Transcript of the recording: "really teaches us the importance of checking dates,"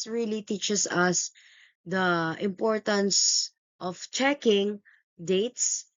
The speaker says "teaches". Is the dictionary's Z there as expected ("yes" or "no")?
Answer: no